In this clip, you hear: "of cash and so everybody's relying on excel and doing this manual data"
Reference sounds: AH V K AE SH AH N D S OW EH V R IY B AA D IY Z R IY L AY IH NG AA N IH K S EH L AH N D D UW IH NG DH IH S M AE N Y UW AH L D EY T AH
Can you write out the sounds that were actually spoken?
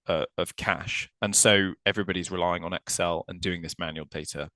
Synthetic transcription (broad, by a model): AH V K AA SH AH N S OW EH V R IY B AA D IY Z R IY L AY IH NG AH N IH K S EH L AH N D D UW IH NG DH IH S M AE N Y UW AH L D EY T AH